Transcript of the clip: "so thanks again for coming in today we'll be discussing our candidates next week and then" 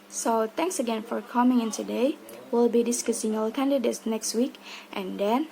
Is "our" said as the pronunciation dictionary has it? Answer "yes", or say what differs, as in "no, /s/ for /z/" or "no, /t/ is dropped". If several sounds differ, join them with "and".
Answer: no, /l/ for /ɹ/